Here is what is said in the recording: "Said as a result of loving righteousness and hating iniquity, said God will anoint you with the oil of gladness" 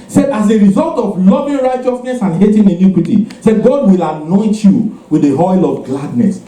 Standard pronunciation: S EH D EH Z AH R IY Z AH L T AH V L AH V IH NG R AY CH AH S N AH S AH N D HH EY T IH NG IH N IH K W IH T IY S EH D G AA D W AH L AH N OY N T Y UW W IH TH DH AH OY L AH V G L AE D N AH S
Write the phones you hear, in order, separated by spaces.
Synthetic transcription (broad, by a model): S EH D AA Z AH R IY Z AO L T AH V L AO V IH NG R AY CH AH S N AH S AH N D HH EY T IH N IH N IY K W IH T IY S EH D G AA D W AH L AH N OY N T Y UW W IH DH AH OY L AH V G L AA D N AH S